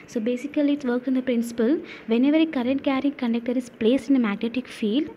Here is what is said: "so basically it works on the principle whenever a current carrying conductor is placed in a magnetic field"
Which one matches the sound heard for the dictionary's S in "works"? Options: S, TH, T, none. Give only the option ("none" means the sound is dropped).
none